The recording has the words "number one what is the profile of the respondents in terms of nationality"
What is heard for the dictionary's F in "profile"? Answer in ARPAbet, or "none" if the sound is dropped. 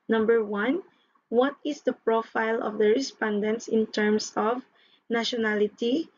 F